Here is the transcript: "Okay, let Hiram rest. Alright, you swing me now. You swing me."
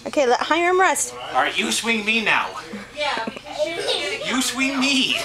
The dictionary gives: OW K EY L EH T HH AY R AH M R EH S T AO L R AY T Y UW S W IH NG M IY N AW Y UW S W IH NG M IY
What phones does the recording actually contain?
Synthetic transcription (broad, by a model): OW K EY L EH T HH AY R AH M R EH S T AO R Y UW S W IH NG M IY N AW Y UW S W IH NG M IY